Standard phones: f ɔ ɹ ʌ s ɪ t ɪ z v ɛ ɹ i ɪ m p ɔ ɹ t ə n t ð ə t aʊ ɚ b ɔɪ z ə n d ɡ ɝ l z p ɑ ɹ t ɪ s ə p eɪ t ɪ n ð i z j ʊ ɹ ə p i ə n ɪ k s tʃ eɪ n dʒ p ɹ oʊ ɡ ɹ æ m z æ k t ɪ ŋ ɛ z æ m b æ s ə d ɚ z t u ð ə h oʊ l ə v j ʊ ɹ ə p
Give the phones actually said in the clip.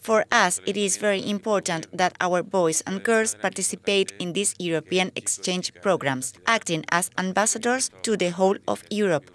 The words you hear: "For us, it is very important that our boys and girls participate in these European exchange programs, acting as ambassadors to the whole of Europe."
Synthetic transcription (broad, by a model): f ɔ ɹ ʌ s ɪ t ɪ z v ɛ ɹ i ɪ m p ɔ ɹ t ə n t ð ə t aʊ ɚ b ɔɪ s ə n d ɡ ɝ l s p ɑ ɹ t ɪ s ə p eɪ t ɪ n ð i s j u ɹ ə p i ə n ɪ k s tʃ eɪ n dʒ p ɹ oʊ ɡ ɹ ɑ m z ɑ k t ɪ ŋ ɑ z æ m b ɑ s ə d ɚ s t u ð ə h oʊ l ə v j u ɹ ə p